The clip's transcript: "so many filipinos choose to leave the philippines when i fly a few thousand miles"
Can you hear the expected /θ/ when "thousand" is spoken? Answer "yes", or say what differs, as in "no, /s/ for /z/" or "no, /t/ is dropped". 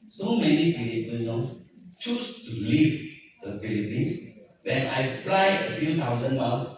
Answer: no, /t/ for /θ/